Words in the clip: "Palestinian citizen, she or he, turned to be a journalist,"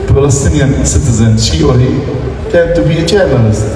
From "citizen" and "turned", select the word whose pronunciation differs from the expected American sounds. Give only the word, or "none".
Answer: turned